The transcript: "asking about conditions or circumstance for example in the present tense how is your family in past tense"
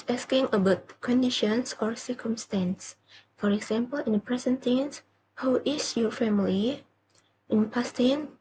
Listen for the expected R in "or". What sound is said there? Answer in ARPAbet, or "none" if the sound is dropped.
R